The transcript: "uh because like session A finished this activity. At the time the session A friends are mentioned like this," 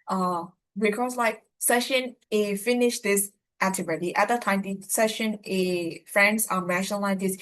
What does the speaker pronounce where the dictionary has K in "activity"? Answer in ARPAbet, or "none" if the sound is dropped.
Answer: none